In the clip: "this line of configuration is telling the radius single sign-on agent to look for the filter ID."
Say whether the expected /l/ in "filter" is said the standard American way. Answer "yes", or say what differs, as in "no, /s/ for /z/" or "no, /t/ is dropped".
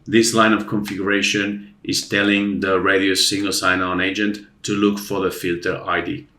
yes